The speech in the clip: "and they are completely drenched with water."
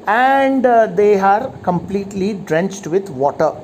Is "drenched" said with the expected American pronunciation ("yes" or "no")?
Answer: yes